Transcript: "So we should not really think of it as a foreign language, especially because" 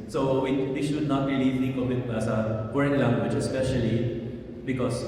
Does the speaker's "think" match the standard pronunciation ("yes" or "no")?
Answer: no